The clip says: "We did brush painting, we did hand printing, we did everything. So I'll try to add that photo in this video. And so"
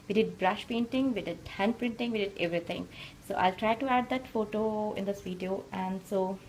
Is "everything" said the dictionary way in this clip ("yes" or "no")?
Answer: no